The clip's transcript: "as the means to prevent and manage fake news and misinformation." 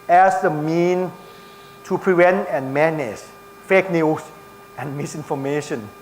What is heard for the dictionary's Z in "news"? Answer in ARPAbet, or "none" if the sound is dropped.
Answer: S